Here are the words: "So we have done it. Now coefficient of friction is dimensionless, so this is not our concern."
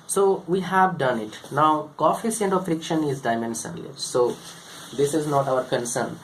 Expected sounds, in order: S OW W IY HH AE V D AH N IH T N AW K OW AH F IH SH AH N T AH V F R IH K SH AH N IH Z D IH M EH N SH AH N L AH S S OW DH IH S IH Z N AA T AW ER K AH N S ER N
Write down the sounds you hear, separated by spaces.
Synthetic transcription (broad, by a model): S OW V IY HH AE V D AH N IH T N AW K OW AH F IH S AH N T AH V F R IH K SH AH N IH Z D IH M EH N S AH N L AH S S OW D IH S IH Z N AA T AW ER K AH N S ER N